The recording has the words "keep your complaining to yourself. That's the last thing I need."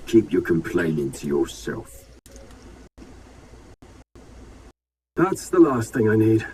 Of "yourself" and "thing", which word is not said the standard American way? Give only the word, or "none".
none